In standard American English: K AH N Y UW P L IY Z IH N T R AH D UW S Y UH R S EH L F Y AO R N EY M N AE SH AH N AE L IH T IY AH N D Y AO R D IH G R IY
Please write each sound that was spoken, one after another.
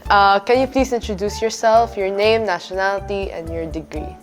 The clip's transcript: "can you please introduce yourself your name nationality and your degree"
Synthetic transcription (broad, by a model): K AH N Y UW P L IY S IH N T R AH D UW S Y UH R S EH L F Y AO R N EY M N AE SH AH N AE L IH T IY AH N D Y AO R D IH G R IY